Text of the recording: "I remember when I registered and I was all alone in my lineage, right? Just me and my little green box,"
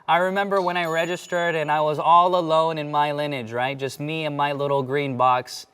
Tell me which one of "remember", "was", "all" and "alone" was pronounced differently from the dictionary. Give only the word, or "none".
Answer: none